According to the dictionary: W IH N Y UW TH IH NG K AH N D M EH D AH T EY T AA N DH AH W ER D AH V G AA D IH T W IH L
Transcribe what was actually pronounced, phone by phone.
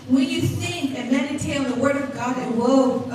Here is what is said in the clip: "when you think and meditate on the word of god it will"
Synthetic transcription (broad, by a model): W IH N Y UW S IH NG AH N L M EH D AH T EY IH L DH AH W ER D AH V G AA D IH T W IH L